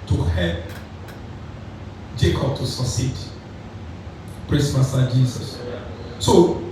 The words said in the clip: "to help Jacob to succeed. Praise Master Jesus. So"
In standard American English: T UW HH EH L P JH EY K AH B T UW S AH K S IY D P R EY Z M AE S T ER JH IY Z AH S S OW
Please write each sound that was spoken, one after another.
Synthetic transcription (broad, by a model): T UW HH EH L JH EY K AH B T UW S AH S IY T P R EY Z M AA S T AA JH IY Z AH S S OW